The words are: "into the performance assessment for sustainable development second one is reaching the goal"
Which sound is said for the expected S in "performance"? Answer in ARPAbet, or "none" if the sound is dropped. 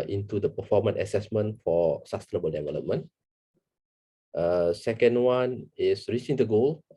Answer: none